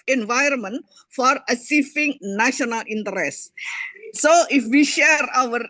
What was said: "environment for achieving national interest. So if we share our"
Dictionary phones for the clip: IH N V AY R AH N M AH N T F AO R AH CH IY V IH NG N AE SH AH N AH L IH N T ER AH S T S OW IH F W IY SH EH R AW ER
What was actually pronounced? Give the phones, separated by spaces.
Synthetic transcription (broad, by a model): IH N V AY R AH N M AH N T F AO R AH S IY F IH NG N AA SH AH N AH L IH N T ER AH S S OW IH F W IY SH EH R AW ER